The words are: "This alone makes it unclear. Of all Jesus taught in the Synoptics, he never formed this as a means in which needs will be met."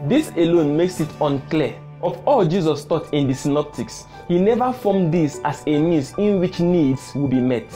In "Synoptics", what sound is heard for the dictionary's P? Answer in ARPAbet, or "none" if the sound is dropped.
P